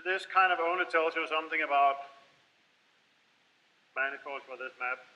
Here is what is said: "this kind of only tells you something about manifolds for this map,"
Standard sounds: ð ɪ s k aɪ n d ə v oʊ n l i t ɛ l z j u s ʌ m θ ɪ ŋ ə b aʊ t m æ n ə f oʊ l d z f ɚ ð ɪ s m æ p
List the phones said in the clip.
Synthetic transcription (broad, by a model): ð ɪ s k aɪ n d ə v oʊ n i t ɛ l z j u s ʌ m θ ɪ ŋ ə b aʊ t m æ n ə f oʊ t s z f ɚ ð ɪ s m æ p